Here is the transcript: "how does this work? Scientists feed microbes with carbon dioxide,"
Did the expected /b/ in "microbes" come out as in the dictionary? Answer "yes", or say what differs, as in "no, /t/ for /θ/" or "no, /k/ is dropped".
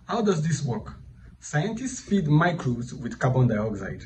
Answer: no, /b/ is dropped